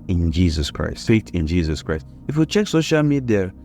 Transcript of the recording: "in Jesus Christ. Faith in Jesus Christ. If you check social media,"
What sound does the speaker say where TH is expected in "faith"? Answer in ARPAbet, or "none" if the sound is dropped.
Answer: T